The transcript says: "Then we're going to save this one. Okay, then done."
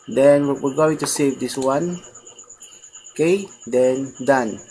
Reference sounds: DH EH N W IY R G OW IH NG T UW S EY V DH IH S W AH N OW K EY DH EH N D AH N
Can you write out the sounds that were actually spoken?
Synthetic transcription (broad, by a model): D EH N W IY W G OW IH NG T UW S EY V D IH S W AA N K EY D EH N D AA N